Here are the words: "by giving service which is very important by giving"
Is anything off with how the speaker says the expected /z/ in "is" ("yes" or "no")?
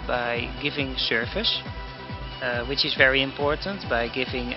no